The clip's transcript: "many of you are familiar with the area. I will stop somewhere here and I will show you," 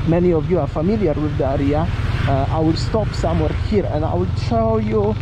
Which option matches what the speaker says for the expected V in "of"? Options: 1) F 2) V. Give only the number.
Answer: 2